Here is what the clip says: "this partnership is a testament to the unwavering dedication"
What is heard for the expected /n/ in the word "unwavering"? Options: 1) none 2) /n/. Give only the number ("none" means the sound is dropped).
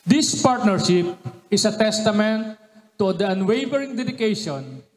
2